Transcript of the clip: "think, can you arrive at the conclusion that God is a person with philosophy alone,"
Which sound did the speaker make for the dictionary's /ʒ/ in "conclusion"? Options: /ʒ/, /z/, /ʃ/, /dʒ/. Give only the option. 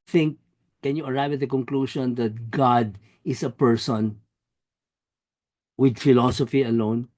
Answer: /ʃ/